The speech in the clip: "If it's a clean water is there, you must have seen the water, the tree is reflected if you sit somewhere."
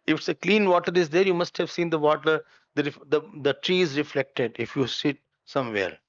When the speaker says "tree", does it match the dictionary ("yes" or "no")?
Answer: yes